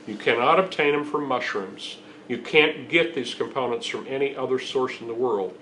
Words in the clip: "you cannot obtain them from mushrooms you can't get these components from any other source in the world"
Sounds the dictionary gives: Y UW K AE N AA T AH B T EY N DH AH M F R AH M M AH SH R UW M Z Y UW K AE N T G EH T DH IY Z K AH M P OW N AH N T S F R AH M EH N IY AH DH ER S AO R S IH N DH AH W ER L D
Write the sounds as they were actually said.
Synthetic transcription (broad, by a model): Y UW K AE N AA T AH B T EY N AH M F R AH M M AH SH R UW M Z Y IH K AE N G EH T DH IY Z K AH M P OW N AH N T S F R AH M EH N IY AH DH ER S AO R S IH N DH AH W ER L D